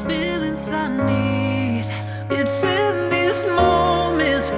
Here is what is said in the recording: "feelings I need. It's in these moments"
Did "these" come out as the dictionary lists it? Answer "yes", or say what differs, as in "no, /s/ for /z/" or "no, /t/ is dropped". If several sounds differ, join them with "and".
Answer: no, /s/ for /z/